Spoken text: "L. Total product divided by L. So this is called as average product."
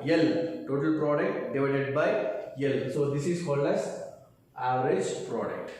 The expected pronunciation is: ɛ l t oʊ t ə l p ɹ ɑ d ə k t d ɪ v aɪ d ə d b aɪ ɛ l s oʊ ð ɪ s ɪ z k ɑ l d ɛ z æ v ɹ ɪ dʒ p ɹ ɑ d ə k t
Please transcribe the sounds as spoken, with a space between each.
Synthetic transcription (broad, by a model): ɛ l t oʊ t ə l p ɹ ɑ d ə k t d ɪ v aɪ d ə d b aɪ ɛ l s oʊ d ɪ s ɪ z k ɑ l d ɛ s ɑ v ɹ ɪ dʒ p ɹ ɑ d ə k t